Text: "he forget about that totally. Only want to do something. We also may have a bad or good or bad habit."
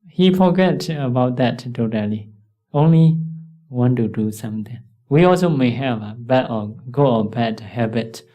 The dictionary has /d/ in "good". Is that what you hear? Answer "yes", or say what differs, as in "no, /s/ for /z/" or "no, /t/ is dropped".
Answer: no, /d/ is dropped